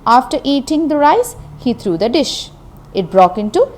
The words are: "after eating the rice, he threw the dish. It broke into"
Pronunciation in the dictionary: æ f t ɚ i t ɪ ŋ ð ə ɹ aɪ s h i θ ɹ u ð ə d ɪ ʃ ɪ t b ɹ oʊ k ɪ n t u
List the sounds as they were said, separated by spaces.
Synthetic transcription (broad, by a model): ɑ f t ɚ i t ɪ ŋ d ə ɹ aɪ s h i t ɹ u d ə d ɪ ʃ ɪ t b ɹ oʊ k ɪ n t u